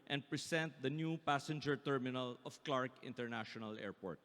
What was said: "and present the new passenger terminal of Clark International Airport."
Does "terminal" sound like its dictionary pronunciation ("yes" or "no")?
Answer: yes